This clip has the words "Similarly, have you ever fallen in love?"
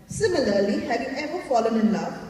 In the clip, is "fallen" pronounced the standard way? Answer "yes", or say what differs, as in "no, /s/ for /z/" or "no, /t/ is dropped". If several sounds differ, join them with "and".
yes